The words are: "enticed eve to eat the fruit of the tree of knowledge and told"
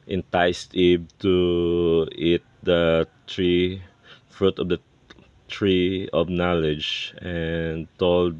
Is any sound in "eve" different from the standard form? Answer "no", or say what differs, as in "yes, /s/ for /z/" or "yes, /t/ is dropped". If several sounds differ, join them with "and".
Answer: yes, /b/ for /v/